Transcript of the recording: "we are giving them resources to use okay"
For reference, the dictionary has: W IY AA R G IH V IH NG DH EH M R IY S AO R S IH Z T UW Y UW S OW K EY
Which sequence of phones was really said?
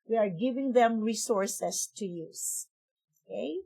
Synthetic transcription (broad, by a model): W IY AA R G IH V IH NG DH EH M R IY S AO R S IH S T UW Y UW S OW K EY